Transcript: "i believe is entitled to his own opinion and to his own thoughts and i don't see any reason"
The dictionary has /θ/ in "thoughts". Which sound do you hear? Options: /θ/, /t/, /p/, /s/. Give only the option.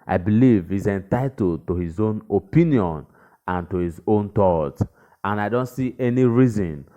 /t/